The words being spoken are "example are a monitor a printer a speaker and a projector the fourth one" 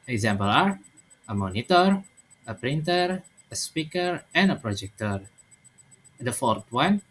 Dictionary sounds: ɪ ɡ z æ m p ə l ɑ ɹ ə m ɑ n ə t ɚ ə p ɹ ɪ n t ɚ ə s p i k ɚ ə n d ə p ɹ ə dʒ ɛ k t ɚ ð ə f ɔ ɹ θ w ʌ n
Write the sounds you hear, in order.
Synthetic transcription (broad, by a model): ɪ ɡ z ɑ m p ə l ɑ ɹ ə m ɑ n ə t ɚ ə p ɹ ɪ n t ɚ ə s p i k ɚ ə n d ə p ɹ ə dʒ ɛ k t ɚ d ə f ɔ ɹ t w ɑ n